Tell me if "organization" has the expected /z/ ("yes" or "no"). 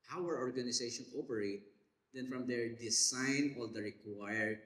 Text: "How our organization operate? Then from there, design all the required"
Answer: no